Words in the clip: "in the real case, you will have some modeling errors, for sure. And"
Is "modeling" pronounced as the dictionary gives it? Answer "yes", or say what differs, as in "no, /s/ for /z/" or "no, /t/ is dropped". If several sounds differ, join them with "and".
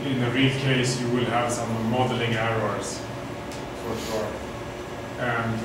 yes